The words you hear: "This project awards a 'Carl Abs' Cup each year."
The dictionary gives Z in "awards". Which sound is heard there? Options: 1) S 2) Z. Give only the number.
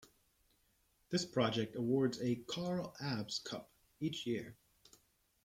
2